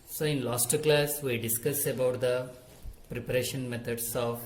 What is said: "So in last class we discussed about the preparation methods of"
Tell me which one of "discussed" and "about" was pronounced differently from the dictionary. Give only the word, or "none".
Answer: discussed